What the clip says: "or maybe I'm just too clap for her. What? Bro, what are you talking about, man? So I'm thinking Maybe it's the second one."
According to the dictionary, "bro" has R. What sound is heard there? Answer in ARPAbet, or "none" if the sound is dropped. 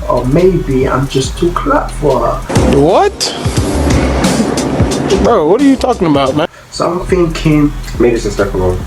none